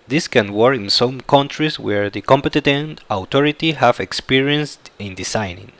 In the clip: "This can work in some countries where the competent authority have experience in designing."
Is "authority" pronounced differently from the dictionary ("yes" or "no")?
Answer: yes